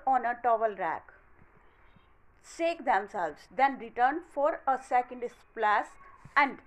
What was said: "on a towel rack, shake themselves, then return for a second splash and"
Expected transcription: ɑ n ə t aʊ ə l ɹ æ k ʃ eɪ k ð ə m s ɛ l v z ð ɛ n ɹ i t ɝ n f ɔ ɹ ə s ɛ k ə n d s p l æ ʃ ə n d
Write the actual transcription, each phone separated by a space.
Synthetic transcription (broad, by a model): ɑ n ə t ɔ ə l ɹ æ k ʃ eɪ k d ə m s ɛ l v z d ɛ n ɹ i t ɝ n f ɔ ɹ ə s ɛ k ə n d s p l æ s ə n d